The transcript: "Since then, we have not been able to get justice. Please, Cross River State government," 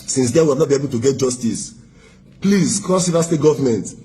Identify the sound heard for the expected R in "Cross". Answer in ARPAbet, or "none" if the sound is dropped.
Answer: none